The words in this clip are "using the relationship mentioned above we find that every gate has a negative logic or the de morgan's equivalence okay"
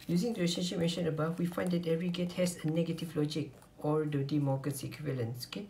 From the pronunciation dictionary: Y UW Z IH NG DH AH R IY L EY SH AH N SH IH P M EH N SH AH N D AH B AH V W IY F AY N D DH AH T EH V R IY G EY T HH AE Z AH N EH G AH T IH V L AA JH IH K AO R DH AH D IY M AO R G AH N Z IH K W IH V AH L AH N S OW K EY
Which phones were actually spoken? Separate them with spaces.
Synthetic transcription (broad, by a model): Y UW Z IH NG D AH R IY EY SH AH N SH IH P M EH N SH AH N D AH B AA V W IY F AY N D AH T EH V R IY G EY T HH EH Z AH N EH G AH T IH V L AA JH IH K AO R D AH D IY M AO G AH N S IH K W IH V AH L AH N S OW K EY